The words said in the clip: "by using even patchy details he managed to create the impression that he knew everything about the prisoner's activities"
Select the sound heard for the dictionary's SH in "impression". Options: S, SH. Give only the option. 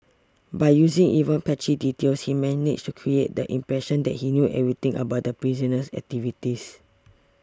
SH